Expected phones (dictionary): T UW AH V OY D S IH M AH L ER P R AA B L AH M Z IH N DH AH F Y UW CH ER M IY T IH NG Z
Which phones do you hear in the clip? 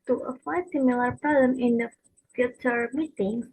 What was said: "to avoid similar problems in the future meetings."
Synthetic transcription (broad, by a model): T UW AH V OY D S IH M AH L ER P R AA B L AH M IH N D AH F Y UW CH ER M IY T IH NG